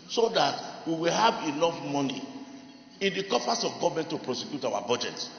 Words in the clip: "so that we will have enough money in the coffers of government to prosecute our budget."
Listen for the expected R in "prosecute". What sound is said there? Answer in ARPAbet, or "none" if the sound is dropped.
R